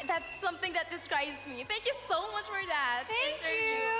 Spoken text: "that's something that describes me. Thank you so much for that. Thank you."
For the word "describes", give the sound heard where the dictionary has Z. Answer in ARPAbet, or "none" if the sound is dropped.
Z